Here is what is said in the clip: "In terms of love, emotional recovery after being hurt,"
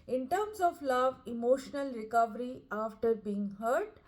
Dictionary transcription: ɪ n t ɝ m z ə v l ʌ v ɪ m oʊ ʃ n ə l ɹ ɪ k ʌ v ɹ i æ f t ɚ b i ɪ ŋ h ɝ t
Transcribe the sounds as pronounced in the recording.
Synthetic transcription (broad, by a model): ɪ n t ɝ m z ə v l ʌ v ɪ m oʊ ʃ n ə l ɹ ɪ k ʌ v ɹ i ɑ f t ɚ b i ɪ ŋ h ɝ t